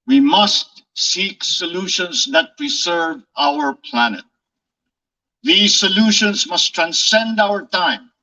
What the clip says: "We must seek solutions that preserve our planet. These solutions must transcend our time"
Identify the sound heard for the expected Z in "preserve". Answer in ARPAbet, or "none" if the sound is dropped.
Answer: S